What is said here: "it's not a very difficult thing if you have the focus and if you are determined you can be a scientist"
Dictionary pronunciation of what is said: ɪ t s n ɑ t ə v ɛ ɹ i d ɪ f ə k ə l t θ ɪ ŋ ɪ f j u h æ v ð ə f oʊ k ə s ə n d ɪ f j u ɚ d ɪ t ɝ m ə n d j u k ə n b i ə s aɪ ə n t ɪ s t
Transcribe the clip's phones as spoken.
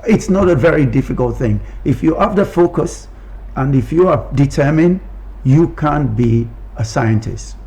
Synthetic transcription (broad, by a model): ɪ t s n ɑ t ə v ɛ ɹ i d ɪ f ə k ə l t θ ɪ ŋ ɪ f j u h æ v ð ə f oʊ k ə s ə n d ɪ f j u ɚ d ɪ t ɝ m ə n d j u k ə n b i ə s aɪ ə n t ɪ s t